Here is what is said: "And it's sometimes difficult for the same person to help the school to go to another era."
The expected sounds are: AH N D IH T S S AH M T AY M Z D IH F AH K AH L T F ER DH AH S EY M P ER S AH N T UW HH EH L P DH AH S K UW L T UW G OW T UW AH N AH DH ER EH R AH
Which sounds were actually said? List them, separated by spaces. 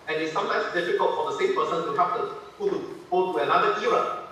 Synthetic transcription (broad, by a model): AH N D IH T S S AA M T AY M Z D IH F AH K AH L T F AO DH AH S EY M P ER S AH N T UW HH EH P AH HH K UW T UW G OW T UW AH N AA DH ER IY R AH